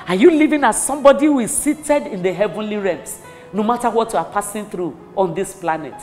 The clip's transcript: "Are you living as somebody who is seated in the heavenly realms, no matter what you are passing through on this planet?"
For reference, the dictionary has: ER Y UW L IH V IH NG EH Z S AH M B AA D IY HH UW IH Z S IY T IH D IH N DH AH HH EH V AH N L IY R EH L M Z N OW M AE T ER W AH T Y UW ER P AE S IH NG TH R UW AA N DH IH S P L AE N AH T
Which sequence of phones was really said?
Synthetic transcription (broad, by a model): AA Y UW L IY V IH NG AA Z S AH M B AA D IY HH UW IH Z S IY T IH D IH N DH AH HH EH V AH N L IY R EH M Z N OW M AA T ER W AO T Y UW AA P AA S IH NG TH R UW AA N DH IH S P L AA N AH T